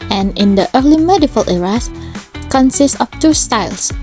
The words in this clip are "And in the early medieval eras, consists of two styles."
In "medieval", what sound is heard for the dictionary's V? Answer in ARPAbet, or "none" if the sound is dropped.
F